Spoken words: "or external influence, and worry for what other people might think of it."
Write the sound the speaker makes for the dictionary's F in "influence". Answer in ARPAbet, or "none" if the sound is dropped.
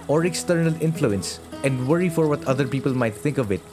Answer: F